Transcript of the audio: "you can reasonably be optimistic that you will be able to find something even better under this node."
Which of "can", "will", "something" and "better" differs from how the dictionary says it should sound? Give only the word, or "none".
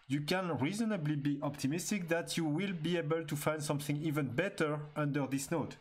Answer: none